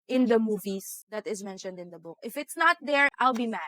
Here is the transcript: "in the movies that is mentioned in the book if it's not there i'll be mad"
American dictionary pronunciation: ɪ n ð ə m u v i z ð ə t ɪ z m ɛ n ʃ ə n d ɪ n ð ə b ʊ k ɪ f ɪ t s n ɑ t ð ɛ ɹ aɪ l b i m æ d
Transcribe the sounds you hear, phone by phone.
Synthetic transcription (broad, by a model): ɪ n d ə m u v i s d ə t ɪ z m ɛ n ʃ ə n d ɪ n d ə b ʊ k ɪ f ɪ t s n ɑ t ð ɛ ɹ aɪ l b i m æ